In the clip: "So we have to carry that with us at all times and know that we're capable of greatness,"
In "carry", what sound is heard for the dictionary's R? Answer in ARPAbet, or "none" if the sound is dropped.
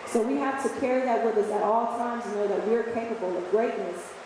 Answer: R